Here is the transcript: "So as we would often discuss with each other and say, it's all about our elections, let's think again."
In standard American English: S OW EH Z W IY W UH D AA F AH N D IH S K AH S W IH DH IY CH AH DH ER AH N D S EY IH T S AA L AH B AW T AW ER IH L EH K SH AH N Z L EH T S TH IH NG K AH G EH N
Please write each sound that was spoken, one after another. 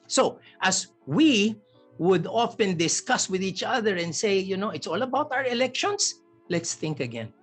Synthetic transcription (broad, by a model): S OW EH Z W IY W UH D AA F AH N D IH S K AH S W IH DH IY CH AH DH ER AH N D S EY IH T S AA L AH B AW T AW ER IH L EH K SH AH N S L EH T S TH IH NG K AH G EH N